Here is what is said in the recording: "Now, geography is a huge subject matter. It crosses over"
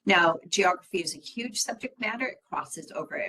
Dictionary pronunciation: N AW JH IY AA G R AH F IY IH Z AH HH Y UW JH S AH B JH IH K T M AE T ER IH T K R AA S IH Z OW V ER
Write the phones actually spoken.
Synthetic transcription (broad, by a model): N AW JH IY AA G R AH F IY IH Z AH HH Y UW JH S AH B JH IH K T M AE T ER IH T K R AA S IH Z OW V ER